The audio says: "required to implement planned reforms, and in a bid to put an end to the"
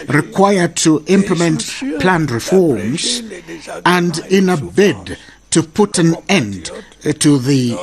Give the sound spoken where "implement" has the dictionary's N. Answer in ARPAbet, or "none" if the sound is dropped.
N